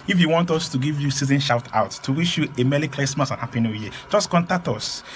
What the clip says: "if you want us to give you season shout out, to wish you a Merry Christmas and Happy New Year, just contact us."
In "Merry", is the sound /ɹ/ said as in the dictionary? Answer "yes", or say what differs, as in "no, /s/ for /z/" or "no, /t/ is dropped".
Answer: no, /l/ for /ɹ/